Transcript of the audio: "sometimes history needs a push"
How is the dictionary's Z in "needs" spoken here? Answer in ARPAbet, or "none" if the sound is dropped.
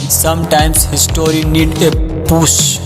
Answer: none